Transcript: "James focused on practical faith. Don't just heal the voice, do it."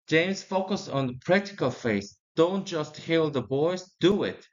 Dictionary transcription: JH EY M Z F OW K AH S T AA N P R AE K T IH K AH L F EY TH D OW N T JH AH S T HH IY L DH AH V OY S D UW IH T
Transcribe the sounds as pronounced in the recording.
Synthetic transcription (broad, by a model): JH EY M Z F OW K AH S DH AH P R AE K T IH K AH L F EY S D OW N T JH AH S T HH IY L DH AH B OY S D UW IH T